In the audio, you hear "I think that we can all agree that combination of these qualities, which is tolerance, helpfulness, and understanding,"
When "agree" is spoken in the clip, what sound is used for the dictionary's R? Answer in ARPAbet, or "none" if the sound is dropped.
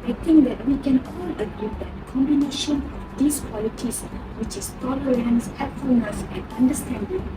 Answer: none